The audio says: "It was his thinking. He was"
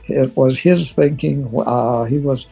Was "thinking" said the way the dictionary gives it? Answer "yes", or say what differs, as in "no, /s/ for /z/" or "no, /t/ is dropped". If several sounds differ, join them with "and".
yes